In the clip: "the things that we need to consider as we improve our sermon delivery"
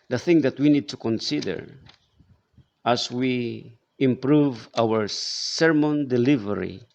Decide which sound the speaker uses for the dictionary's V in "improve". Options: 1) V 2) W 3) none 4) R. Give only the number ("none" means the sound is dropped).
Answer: 1